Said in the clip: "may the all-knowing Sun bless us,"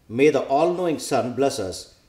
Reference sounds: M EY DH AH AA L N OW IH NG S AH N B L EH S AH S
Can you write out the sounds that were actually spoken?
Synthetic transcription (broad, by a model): M EY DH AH AA L N OW IH NG S AH N B L EH S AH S